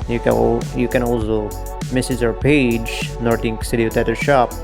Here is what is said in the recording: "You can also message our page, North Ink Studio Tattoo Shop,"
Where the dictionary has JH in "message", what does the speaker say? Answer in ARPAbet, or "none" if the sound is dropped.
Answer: Z